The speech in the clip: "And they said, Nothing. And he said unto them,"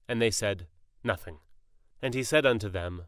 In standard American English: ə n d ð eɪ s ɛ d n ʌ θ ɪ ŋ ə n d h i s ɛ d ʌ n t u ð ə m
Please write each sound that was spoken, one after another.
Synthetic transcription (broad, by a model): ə n ð eɪ s ɛ d n ʌ θ ɪ ŋ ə n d i s ɛ d ʌ n t u ð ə m